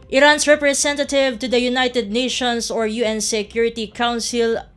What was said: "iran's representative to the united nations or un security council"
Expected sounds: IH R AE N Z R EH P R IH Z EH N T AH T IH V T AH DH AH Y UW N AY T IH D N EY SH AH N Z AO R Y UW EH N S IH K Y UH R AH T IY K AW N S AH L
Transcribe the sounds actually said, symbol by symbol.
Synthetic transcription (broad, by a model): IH R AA N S R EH P R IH S EH N T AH T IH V T AH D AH Y UW N AY T IH D N EY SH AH N S AO R Y UW EH N S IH K Y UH R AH T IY K AW N S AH L